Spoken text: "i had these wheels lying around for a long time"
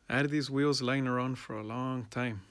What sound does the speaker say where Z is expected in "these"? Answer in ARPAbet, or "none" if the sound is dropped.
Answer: Z